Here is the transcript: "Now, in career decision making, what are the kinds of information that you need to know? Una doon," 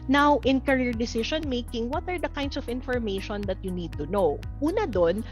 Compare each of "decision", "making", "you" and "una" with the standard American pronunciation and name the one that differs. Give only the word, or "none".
decision